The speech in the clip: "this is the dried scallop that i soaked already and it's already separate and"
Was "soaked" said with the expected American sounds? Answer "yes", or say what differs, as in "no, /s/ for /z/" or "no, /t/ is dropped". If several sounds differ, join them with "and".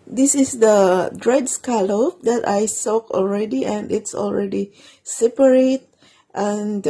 no, /t/ is dropped